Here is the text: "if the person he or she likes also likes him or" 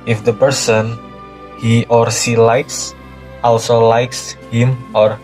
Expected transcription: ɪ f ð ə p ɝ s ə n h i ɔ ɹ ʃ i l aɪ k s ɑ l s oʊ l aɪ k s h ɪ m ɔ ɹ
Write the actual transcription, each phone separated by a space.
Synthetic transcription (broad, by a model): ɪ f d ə p ɝ s ə n h i ɔ ɹ s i l aɪ k s ɑ l s oʊ l aɪ k s h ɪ m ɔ ɹ